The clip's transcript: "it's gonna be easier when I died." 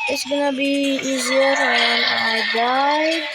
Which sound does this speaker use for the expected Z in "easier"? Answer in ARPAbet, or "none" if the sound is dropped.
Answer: Z